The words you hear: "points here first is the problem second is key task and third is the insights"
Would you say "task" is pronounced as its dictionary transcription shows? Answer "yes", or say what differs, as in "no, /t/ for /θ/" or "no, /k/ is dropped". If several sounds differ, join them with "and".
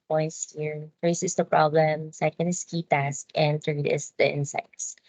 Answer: yes